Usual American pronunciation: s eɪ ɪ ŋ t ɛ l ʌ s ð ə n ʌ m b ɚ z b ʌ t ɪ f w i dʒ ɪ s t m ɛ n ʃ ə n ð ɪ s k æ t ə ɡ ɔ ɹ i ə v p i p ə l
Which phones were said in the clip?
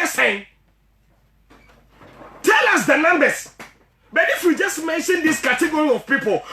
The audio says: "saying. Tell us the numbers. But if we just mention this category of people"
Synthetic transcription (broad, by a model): s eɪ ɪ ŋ t ɛ l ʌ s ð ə n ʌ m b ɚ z b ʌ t ɪ f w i dʒ ɪ s t m ɛ n ʃ ə n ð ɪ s k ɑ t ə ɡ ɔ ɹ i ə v p i p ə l